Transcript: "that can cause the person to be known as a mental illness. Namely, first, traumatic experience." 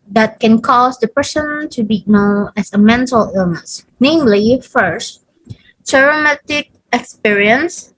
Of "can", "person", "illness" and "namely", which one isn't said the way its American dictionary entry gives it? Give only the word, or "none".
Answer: none